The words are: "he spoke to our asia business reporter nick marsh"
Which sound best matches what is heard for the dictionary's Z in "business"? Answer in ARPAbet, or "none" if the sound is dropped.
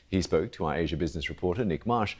Z